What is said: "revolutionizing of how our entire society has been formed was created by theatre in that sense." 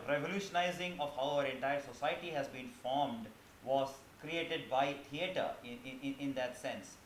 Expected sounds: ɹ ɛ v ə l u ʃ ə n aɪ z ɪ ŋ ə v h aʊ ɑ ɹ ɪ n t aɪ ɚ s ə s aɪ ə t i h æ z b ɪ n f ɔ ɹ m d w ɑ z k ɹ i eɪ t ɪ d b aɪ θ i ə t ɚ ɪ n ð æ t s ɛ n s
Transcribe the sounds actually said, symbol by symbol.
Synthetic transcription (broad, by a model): ɹ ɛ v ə l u ʃ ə n aɪ z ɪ ŋ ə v h aʊ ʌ ɹ ɪ n t aɪ ɚ s ə s aɪ ə t i h æ z b ɪ n f ɔ ɹ m d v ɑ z k ɹ i eɪ t ɪ d b aɪ t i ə t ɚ ɪ n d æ t s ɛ n s